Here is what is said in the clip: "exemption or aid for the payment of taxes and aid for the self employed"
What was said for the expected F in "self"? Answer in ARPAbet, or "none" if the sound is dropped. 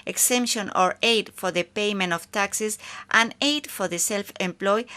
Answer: F